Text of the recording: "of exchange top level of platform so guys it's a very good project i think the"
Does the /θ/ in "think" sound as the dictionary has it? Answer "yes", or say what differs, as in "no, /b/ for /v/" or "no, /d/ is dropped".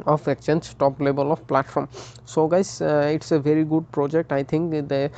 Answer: no, /t/ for /θ/